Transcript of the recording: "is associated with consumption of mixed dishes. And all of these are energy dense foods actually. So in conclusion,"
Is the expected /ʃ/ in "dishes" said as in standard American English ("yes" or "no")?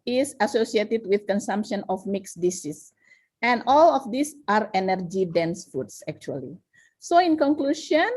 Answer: no